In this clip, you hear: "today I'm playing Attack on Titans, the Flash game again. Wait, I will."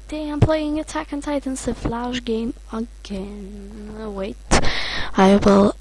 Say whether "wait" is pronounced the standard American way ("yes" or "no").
yes